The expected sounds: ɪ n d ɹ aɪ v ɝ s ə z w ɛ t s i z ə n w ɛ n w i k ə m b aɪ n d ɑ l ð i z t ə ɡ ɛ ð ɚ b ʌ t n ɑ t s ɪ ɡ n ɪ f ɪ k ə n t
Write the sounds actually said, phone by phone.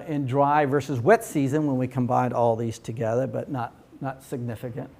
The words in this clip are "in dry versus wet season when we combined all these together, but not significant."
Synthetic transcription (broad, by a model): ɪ n d ɹ aɪ v ɝ s ə z w ɛ t s i z ə n w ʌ n w i k ə m b aɪ n d ɑ l ð i z t ə ɡ ɛ ð ɚ b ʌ t n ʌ t s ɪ ɡ n ɪ f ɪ k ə n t